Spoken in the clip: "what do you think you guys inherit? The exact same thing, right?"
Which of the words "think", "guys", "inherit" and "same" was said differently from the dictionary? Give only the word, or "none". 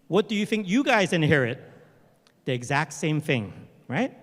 none